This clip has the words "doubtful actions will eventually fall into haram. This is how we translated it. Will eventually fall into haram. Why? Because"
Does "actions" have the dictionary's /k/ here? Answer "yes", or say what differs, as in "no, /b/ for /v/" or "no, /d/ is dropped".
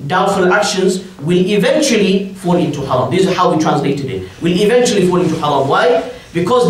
yes